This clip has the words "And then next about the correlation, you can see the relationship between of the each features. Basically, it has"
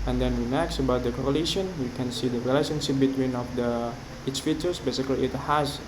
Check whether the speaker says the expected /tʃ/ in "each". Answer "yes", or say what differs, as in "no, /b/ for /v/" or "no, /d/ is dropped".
no, /s/ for /tʃ/